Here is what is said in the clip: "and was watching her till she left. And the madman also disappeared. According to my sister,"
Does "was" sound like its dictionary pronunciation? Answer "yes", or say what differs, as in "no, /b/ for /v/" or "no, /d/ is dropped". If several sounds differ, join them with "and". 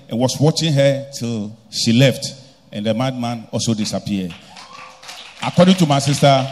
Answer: no, /s/ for /z/